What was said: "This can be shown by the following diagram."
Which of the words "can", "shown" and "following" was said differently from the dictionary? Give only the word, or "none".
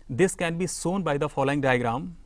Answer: shown